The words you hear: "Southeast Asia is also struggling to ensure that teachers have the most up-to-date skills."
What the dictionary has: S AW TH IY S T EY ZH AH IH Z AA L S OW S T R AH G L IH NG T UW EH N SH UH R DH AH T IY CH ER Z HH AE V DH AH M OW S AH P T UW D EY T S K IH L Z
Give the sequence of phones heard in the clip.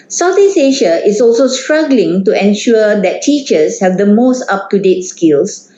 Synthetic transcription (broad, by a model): S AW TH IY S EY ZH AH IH S AA L S OW S T R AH G L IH NG T UW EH N SH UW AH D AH T IY CH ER S HH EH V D AH M OW S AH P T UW D EY T S K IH L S